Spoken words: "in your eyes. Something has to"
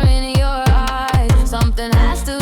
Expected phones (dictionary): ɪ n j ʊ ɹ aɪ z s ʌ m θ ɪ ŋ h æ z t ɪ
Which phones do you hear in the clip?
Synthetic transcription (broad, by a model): ɪ n j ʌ ɹ aɪ s ʌ m θ ɪ ŋ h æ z t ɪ